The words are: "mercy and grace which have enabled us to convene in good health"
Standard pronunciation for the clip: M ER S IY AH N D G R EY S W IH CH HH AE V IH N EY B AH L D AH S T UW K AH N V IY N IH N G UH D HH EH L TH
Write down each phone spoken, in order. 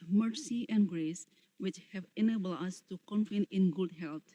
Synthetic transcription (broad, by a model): M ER S IY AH N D G R EY S W IH CH HH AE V IH N EY B AH L D AH S T UW K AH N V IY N IH N G UH D HH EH L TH